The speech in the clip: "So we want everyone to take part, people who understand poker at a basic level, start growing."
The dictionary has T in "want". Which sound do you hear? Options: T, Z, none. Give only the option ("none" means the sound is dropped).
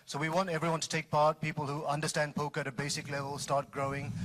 T